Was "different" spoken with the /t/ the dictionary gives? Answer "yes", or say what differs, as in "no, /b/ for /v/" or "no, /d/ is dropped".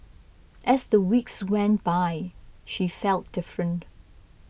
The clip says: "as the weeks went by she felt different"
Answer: yes